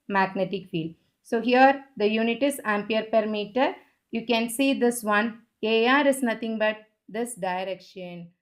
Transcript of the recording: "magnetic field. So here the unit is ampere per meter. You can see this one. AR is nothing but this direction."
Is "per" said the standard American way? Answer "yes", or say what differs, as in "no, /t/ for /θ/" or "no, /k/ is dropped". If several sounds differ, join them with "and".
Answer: yes